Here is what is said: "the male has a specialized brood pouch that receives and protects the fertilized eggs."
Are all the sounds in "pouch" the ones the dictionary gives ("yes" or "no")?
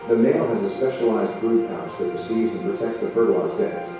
no